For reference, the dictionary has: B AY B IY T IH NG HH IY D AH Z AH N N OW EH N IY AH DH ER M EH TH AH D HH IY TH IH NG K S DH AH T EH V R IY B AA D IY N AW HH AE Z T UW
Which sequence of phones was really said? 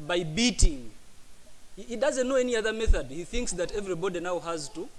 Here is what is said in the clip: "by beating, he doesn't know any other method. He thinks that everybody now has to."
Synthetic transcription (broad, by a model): B AY B IY T IH NG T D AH Z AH N N OW EH N IY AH DH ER M EH TH AH D HH IY TH IH NG K S DH AH T EH V R IY B AA D IY N AW HH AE Z T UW